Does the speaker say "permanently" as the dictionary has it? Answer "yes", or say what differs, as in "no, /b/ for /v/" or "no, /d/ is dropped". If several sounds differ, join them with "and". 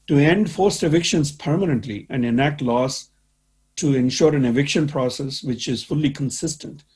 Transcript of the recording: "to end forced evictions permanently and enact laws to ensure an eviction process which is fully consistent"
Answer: yes